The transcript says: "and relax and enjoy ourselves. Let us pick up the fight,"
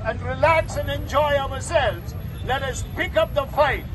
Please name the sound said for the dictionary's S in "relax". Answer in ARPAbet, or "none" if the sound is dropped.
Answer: S